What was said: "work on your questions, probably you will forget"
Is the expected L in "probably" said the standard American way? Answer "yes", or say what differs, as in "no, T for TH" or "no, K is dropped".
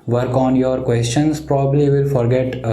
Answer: no, L is dropped